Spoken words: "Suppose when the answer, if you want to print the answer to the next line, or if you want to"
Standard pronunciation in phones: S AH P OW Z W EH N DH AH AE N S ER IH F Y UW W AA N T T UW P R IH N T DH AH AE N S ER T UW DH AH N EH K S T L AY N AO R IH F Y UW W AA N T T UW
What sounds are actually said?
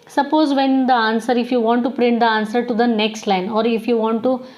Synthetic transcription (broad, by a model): S AH P OW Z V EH N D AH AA N S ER IH F Y UW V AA N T T UW P R IH N T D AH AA N S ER T UW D AH N EH K S T L AY N AO R IH F Y UW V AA N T T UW